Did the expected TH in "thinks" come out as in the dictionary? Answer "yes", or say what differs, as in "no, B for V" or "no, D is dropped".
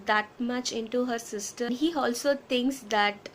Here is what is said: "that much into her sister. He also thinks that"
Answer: no, T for TH